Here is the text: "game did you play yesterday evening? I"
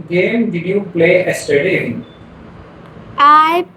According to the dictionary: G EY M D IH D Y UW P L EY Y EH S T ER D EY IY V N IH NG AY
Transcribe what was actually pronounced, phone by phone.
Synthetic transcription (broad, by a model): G EY M D IH D Y UW P L EY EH S T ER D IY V IH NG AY